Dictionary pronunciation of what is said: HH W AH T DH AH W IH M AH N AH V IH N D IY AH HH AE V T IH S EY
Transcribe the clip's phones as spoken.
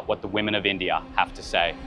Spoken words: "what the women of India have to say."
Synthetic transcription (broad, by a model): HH W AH T DH AH W IH M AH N AH V IH N D IY AH HH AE F T IH S EY